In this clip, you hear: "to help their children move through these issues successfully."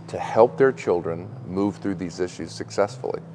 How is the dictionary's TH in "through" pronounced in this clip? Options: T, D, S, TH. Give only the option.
TH